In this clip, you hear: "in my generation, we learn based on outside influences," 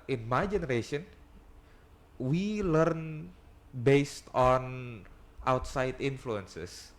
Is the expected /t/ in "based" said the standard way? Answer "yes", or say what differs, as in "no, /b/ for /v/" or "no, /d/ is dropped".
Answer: yes